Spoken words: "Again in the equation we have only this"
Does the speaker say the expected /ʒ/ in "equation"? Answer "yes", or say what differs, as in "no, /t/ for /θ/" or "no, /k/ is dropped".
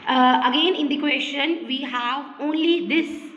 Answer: no, /ʃ/ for /ʒ/